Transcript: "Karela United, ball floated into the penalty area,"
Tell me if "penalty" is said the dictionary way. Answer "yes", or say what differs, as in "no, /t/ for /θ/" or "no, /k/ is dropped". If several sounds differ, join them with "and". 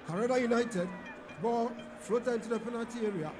no, /l/ is dropped